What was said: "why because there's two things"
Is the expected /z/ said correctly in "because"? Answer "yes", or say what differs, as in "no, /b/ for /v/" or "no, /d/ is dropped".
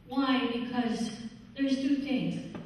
yes